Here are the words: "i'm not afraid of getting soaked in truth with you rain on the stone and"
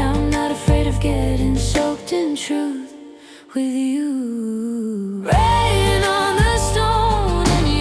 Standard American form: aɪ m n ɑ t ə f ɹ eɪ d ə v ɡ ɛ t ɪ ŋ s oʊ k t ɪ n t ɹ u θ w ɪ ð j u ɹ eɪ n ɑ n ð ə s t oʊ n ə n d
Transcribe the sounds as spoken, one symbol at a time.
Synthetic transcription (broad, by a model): aɪ m n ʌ t ə f ɹ eɪ d ə v ɡ ɛ t ɪ ŋ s oʊ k t ɪ n t ɹ u θ w ɪ ð j u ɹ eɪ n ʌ n ð ə s t oʊ n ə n